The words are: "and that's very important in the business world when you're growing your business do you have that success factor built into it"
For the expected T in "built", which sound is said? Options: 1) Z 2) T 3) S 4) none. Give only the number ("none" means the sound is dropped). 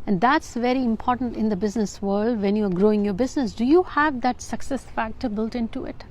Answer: 2